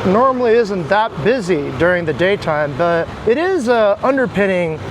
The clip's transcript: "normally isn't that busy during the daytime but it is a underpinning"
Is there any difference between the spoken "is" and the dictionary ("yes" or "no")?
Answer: no